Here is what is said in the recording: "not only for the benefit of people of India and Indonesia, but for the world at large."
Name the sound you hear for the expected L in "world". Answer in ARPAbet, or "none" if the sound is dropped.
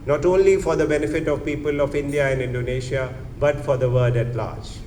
none